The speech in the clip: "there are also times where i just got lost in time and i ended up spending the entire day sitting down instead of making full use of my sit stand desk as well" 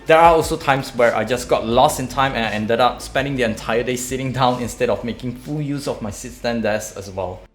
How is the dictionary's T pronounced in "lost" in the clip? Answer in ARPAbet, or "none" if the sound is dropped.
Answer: none